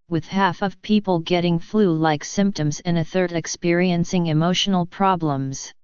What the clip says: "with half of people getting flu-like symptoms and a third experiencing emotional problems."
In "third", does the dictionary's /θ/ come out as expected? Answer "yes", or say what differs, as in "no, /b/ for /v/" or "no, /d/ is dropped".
yes